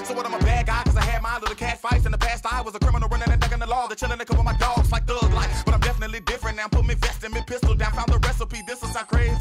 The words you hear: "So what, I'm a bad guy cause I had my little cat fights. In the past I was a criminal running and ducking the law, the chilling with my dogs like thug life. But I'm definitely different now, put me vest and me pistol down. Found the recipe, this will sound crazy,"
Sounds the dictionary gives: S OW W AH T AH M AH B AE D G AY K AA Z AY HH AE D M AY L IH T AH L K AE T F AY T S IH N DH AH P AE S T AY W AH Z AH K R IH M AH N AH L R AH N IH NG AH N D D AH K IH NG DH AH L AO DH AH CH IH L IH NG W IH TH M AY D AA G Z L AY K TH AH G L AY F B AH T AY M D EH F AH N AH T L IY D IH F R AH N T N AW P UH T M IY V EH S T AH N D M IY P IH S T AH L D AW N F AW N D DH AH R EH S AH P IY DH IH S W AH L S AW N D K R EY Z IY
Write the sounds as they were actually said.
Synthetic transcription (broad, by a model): S OW W AH T AH M AH B AE D G AY K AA Z AY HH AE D M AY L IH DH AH K AE T F AY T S IH N DH AH P AE S T AY W AH Z AH K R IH M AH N L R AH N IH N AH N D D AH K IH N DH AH L AO DH AH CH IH N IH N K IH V M AY D AA G Z L AY K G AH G L AY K B AH T AY M D EH F AH N AH T L IY D IH F R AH N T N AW P UH T M IY V EH S T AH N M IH P IH S T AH L D AW N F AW N DH AH R EH S AH P IY DH IH S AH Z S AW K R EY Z